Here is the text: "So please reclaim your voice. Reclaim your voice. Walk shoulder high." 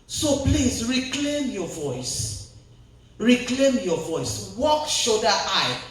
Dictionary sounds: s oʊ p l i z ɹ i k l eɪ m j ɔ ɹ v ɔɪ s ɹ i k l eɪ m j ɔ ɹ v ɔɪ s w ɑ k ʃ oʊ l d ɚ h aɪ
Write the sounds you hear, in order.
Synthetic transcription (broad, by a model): s oʊ p l i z ɹ i k l eɪ m j ɔ v ɔɪ s ɹ i k l eɪ m j ɔ v ɔɪ s w ɑ k ʃ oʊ d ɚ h aɪ